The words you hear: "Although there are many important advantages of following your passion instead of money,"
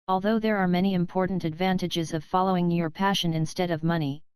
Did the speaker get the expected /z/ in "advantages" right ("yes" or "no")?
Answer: yes